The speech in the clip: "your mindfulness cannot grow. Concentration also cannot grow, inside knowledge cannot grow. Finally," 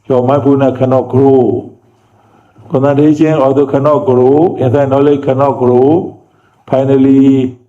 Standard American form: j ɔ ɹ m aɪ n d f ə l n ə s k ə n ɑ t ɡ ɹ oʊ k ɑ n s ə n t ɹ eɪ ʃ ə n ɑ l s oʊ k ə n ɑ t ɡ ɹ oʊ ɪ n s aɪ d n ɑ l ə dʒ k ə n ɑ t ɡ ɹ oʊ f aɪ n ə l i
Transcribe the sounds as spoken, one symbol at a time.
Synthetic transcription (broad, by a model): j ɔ m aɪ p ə n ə k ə n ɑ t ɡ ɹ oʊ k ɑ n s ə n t eɪ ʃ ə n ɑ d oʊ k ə n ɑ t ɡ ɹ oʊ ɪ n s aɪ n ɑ l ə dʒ k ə n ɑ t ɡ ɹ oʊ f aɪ n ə l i